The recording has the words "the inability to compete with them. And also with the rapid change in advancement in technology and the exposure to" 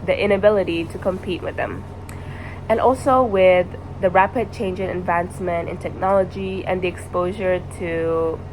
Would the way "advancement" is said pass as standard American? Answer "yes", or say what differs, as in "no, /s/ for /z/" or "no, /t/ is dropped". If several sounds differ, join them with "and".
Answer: yes